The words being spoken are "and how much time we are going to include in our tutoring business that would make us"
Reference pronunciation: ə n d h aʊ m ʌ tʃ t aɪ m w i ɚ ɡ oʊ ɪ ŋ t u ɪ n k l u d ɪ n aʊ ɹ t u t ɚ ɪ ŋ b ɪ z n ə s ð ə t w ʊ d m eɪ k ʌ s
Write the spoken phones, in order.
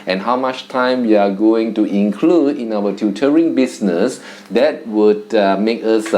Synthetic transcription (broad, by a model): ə n h aʊ m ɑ tʃ t aɪ m w i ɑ ɡ oʊ ɪ ŋ t u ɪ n k l u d ɪ n aʊ w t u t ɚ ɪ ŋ b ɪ s n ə s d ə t w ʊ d m eɪ k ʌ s